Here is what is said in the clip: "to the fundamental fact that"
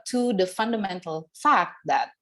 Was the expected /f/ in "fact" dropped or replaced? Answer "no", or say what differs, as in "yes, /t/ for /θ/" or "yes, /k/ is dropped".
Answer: no